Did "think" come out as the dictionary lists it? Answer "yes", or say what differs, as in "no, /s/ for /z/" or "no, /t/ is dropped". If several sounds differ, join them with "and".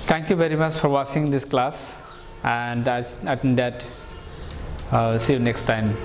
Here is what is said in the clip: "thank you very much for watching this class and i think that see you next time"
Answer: no, /s/ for /θ/